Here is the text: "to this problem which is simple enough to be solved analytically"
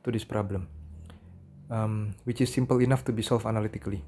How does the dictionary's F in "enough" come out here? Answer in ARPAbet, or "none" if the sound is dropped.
F